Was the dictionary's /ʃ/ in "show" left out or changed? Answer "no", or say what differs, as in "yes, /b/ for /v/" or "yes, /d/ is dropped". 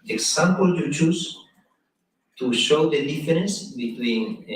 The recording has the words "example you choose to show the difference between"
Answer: no